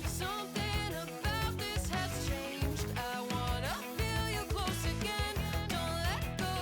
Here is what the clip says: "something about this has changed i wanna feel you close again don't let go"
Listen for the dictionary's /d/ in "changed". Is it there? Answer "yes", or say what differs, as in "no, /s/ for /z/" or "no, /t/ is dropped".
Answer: yes